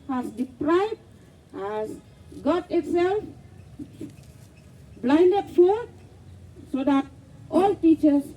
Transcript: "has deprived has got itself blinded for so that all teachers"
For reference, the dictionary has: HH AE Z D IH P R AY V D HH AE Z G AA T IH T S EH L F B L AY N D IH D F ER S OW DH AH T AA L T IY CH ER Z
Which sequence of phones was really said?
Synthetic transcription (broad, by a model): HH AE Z D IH P R AY B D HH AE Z G AA T IH T S EH L F B L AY N D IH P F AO S OW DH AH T AA L T IY CH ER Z